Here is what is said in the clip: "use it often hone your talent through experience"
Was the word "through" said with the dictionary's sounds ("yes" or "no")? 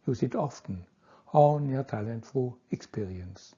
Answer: no